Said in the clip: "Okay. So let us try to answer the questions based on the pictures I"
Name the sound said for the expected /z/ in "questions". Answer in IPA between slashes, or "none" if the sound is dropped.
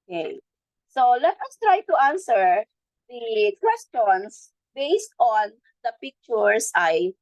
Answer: /s/